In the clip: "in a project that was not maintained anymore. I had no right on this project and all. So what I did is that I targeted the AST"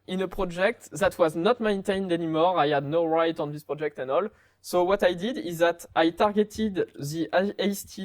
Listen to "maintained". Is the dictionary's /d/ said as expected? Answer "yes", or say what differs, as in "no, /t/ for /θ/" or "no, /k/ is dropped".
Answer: yes